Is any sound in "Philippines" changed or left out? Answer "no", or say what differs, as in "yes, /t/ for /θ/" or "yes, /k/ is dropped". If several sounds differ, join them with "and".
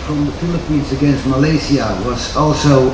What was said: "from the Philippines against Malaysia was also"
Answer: no